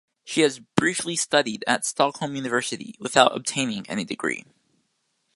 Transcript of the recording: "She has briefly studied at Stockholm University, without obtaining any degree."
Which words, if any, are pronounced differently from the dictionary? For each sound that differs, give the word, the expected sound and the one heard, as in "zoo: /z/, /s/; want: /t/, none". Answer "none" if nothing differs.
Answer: none